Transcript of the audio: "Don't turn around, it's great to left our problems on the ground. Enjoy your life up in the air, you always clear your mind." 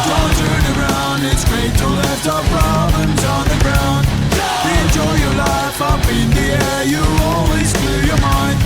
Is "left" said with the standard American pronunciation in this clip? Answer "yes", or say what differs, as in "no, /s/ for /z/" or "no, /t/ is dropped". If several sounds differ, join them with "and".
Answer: no, /f/ is dropped